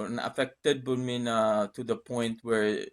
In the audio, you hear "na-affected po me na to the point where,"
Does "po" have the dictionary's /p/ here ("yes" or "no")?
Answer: no